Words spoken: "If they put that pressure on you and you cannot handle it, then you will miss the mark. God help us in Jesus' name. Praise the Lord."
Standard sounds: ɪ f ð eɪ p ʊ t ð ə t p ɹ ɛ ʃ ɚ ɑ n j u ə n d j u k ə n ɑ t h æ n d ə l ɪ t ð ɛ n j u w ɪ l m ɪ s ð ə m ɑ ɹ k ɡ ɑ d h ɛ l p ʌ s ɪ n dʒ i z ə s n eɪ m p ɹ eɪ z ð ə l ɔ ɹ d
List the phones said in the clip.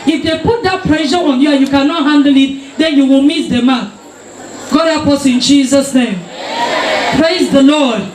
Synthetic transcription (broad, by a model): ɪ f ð eɪ p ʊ t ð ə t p ɹ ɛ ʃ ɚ ɑ n j u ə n j u k ə n ɑ t h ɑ n d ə l ɪ t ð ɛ n j u w ɪ l m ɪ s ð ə m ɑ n ɡ ɑ d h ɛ p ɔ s ɪ n dʒ i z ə s n eɪ m p ɹ eɪ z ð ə l ɔ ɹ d